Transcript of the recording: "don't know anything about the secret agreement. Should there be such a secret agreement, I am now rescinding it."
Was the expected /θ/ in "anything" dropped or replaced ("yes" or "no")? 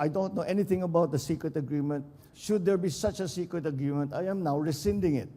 yes